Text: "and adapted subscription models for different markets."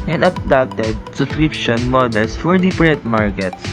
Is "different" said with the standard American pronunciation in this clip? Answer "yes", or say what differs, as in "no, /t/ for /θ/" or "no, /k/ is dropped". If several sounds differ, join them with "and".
no, /p/ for /f/